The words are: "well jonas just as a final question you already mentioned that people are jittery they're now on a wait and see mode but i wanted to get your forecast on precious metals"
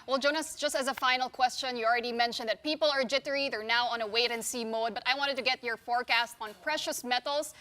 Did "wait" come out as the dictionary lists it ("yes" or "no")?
yes